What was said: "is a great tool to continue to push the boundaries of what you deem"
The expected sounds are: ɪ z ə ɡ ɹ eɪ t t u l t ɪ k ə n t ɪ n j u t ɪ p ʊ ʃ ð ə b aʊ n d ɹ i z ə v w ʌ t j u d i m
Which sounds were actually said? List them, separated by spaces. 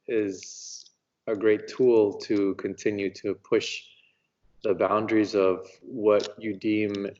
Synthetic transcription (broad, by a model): ɪ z ə ɡ ɹ eɪ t t u l t ɪ k ə n t ɪ n j u t ɪ p ʊ ʃ ð ə b aʊ n d ɹ i z ə v w ʌ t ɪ d i m